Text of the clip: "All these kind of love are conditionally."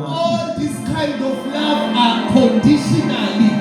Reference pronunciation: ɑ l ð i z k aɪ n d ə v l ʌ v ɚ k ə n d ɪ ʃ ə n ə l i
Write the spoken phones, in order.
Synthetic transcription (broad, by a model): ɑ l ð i s k aɪ n d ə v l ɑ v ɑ k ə n d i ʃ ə n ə l i